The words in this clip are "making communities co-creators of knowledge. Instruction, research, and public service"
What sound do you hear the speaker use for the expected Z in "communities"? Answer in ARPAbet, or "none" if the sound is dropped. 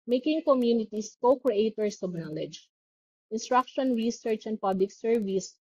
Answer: S